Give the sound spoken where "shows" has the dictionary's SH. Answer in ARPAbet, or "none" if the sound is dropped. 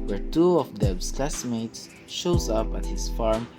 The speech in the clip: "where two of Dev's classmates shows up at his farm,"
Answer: SH